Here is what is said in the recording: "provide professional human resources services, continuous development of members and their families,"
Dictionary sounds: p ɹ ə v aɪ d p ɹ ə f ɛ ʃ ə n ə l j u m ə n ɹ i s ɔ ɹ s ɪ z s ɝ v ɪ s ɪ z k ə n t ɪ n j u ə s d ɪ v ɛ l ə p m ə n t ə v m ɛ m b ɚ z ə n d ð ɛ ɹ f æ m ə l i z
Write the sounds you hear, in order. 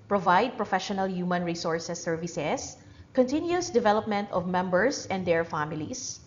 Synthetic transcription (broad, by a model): p ɹ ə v aɪ d p ɹ ə f ɛ ʃ ə n ə l j u m ə n ɹ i s ɔ ɹ s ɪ s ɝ v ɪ s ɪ s k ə n t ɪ n j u s d ɪ v ɛ l ə p m ə n t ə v m ɛ m b ɚ s ə n d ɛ ɹ f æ m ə l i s